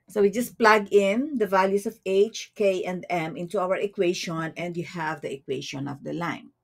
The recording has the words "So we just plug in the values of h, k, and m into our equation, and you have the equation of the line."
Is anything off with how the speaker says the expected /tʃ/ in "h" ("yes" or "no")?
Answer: no